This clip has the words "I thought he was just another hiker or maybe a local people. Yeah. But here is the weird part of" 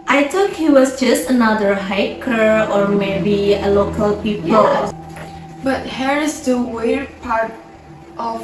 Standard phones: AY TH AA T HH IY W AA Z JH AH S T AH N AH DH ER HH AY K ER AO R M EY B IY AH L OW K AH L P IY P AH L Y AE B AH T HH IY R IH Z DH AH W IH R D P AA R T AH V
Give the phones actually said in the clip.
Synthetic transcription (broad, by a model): AY T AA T HH IY W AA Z JH AH S T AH N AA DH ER HH AY K ER AO R M EY B IY AH L OW K AH L P IY P AH L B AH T HH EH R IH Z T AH W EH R P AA R T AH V